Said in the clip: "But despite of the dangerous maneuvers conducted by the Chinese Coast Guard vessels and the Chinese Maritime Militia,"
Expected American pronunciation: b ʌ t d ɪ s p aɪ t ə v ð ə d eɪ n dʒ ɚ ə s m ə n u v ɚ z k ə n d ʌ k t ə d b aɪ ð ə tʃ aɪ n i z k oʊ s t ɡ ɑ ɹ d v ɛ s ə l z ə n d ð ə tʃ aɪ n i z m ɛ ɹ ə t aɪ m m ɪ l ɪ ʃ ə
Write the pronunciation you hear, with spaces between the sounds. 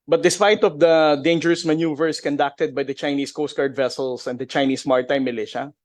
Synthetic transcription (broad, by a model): b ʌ t d ɪ s p aɪ t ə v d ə d eɪ n dʒ ɚ ə s m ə n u v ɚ s k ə n d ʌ k t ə d b aɪ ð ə tʃ aɪ n i s k oʊ s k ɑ ɹ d v ɛ s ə l s ə n d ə tʃ aɪ n i s m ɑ ɹ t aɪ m m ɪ l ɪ ʃ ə